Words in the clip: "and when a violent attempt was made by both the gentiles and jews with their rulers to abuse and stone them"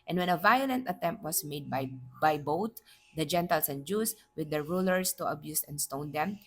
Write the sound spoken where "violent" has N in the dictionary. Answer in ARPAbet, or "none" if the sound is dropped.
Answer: N